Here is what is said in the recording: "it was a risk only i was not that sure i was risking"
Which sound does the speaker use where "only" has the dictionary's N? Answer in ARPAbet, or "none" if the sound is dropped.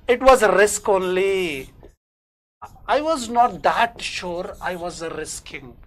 N